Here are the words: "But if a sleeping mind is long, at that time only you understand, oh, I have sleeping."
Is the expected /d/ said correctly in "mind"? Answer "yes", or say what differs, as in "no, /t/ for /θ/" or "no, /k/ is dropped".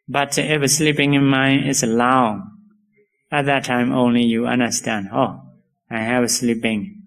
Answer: no, /d/ is dropped